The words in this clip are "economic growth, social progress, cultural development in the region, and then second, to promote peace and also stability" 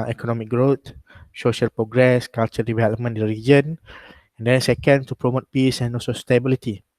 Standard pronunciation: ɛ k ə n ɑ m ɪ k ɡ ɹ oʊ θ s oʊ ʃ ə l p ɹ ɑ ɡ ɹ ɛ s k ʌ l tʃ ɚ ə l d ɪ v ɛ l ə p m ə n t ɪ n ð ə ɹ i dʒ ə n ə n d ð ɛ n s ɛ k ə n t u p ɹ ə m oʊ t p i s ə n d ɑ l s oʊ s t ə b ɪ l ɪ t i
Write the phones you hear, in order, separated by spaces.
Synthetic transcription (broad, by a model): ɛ k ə n ɑ m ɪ k ɡ ɹ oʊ t s oʊ ʃ ə l p ɹ ɑ ɡ ɹ ɛ s k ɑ l tʃ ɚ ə d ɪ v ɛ l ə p m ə n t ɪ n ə ɹ i dʒ ə n ə n d ɛ n s ɛ k ə n t u p ɹ ə m oʊ t p i s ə n ɑ l s oʊ s t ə b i l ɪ t i